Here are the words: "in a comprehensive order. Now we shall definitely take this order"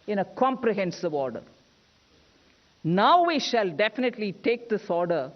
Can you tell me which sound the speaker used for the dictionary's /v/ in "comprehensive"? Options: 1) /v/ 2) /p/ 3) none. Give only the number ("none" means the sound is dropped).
1